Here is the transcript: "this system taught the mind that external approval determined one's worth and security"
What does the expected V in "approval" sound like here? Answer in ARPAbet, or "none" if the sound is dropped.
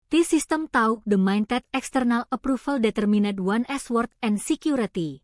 F